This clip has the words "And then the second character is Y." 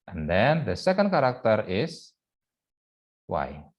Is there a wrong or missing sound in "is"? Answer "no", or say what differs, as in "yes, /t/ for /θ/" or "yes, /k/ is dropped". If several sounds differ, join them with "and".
yes, /s/ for /z/